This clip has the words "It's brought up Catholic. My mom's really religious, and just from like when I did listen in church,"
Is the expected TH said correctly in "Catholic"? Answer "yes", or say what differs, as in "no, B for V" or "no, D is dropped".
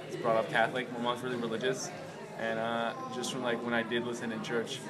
yes